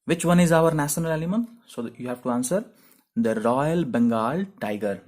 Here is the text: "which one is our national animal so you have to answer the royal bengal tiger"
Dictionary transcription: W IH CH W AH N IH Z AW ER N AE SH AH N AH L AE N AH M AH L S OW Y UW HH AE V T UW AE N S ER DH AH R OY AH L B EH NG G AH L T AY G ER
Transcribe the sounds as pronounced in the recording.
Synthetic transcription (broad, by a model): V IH CH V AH N IH Z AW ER N AE SH AH N AH L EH L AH M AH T S OW Y UW HH AE V T UW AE N S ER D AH R OY AH L B EH NG G AH L T AY G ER